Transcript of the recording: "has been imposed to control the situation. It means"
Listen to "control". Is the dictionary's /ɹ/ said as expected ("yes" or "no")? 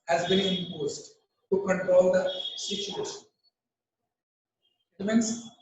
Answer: yes